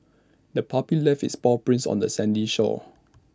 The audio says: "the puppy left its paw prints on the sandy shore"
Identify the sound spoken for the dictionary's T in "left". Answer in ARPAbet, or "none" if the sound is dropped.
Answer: none